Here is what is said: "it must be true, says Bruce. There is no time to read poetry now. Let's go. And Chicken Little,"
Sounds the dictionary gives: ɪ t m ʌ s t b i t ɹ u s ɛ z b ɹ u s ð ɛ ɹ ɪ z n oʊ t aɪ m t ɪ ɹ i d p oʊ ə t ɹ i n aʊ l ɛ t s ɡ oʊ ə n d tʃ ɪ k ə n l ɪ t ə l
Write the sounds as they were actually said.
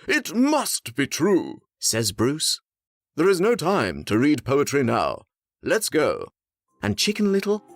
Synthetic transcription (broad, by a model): ɪ t m ʌ s t b i t ɹ u s ɛ z b ɹ u s ð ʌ ɹ ɪ z n oʊ t aɪ m t ɪ ɹ i d p oʊ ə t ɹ i n aʊ l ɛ t s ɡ oʊ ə n tʃ ɪ k ə n l ɪ t l